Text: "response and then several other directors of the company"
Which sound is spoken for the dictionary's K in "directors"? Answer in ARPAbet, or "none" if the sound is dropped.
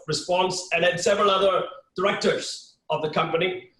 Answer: K